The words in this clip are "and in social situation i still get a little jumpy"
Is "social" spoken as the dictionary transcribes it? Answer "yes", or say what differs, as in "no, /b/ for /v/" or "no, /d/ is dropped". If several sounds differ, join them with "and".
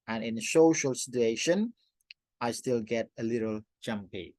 yes